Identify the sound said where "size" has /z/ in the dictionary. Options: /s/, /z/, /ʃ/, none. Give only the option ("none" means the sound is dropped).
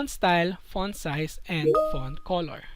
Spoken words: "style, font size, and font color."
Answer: /s/